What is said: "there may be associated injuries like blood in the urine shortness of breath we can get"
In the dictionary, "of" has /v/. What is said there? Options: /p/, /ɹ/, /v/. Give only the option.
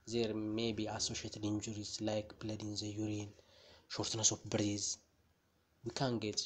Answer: /p/